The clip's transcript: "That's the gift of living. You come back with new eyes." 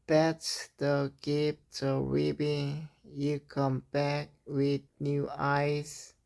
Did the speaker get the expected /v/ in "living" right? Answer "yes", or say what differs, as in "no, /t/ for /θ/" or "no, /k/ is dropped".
no, /b/ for /v/